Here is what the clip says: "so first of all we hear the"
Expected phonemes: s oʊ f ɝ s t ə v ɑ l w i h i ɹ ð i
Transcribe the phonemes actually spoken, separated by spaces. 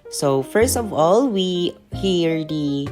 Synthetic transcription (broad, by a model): s oʊ f ɝ s t ə v ɑ l w i h i ɹ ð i